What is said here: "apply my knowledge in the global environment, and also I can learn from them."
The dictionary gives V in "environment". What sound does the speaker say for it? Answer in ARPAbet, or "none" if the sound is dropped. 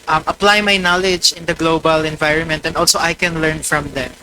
V